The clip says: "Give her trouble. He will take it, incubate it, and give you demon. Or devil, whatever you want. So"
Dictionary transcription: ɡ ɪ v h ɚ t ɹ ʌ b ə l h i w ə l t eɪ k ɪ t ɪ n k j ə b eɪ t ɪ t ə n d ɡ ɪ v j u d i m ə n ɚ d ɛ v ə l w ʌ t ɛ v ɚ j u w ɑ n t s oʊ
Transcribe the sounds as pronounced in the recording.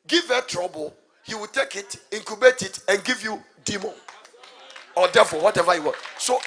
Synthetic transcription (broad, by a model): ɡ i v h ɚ t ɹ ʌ b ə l h i w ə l t eɪ k ɪ t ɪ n k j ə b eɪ t ɪ t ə n ɡ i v j u d i m ə n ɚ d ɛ f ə w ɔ t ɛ v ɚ j u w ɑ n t s oʊ